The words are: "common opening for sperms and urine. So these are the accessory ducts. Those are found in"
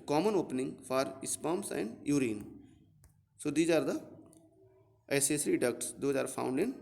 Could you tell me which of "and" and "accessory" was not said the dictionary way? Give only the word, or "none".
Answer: accessory